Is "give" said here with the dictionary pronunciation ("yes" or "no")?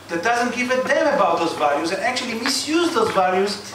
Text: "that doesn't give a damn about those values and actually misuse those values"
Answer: no